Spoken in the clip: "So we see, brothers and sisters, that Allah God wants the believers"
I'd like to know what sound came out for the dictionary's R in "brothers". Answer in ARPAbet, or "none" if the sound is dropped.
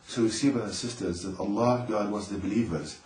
none